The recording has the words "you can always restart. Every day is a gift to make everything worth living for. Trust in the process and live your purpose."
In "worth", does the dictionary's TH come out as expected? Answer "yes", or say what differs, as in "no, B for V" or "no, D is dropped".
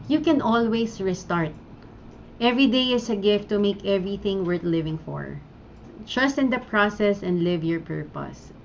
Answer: no, T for TH